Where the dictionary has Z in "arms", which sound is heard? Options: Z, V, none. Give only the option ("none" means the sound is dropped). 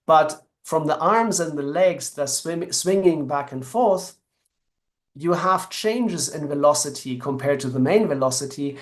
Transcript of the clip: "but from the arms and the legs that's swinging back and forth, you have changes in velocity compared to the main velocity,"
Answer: Z